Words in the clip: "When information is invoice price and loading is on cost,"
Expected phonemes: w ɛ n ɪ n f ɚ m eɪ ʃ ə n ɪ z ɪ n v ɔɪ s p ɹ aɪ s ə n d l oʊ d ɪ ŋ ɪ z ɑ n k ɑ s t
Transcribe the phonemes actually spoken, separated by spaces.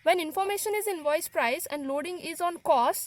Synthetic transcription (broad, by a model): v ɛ n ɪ n f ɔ m eɪ ʃ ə n ɪ z ɪ n v ɔɪ s p ɹ aɪ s ə n d l oʊ d ɪ ŋ ɪ z ɑ n k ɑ s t